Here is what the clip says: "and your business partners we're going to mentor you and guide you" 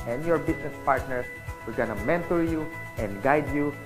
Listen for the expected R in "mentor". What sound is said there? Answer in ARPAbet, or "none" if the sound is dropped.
R